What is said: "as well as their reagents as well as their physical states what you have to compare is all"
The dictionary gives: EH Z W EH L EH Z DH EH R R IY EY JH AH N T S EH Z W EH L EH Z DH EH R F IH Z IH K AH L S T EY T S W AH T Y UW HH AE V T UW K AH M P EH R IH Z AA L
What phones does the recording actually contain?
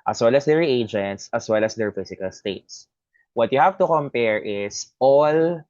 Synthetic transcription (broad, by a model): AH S W EH L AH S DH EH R R IY EY JH AH N T S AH S W EH L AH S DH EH R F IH S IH K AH L S T EY T S W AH T Y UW HH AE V T UW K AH M P EH R IH S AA L